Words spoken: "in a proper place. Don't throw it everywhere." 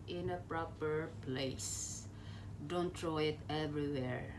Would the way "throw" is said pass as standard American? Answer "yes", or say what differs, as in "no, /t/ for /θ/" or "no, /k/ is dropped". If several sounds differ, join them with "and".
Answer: no, /t/ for /θ/